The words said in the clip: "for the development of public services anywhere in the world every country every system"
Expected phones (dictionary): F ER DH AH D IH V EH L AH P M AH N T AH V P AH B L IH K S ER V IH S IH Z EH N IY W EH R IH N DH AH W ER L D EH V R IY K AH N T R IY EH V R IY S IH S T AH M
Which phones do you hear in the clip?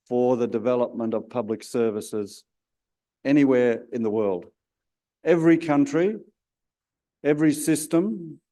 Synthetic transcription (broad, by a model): F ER DH AH D IH V EH L AH P M AH N T AH V P AH B L IH K S ER V IH S IH Z EH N IY W EH R IH N DH AH W ER L D EH V R IY K AH N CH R IY EH V R IY S IH S T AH M